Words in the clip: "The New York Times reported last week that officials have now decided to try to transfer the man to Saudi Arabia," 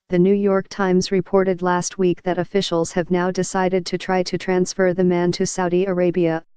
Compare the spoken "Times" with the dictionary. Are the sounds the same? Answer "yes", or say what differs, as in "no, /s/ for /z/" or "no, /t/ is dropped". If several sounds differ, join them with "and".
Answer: yes